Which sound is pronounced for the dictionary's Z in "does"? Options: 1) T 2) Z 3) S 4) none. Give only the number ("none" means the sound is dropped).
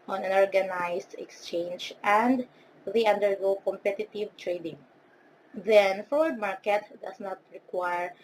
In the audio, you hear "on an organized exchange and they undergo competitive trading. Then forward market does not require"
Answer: 3